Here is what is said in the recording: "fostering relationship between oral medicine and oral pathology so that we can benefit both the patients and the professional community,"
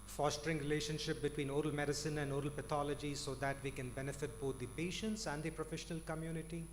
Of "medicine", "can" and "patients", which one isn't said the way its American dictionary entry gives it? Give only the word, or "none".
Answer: none